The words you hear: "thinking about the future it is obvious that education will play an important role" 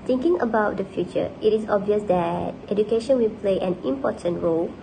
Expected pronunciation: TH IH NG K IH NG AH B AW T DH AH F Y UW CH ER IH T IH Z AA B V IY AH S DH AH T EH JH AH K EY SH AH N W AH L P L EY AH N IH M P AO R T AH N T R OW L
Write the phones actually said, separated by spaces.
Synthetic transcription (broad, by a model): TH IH NG K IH NG AH B AW T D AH F Y UW CH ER IH T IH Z AA B V IY AH S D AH T EH JH AH K EY SH AH N W AH L P L EY AH N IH M P AO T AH N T R OW L